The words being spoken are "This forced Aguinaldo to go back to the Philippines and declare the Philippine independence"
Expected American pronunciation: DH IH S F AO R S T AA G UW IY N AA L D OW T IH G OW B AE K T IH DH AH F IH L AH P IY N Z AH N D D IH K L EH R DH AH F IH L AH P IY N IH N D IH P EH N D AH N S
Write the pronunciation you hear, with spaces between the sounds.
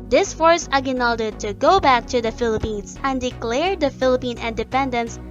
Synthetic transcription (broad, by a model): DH IH S F AO R S AA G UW N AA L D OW T IH G OW B AE K T IH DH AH F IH L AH P IY N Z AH N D D IH K L EH R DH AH F IH L AH P IY N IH N D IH P EH N D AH N S